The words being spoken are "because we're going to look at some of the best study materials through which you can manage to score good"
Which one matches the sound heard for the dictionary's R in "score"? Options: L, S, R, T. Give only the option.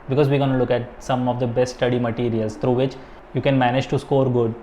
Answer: R